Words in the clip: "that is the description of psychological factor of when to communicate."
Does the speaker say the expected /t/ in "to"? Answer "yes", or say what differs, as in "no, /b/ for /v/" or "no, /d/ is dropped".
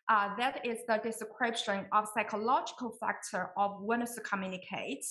no, /s/ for /t/